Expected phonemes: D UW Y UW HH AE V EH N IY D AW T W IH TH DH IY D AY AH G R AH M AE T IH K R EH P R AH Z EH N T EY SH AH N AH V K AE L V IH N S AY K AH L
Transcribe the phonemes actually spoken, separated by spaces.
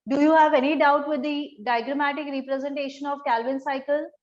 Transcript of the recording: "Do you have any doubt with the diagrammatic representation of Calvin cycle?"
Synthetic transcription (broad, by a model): D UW Y UW HH AE V EH N IY D AW T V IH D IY D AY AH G R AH M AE T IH K R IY P R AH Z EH N T EY SH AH N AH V K AE L V IH N S AY K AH L